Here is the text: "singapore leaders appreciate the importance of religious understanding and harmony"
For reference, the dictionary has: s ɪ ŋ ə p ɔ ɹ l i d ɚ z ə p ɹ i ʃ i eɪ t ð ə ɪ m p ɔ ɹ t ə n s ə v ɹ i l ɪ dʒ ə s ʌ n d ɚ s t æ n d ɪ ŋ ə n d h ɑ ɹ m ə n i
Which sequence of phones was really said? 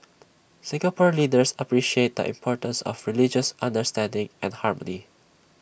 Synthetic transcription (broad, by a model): s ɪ ŋ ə p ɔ ɹ l i d ɚ s ə p ɹ i ʃ i eɪ t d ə ɪ m p ɔ ɹ t ə n s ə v ɹ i l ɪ dʒ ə s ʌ n d ɚ s t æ n d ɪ ŋ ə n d h ɑ ɹ m ə n i